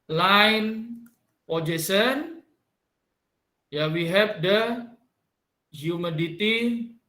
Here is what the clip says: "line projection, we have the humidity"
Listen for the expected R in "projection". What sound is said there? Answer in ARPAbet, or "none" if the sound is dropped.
none